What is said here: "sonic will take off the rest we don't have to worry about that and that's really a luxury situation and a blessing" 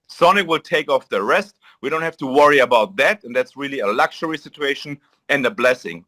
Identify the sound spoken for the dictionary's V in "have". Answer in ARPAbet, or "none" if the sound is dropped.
F